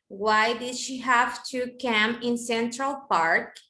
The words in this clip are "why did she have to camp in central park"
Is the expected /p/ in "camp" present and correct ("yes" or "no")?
no